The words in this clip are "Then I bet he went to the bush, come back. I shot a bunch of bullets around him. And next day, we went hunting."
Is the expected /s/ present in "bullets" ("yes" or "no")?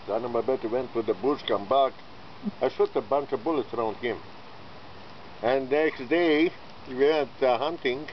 yes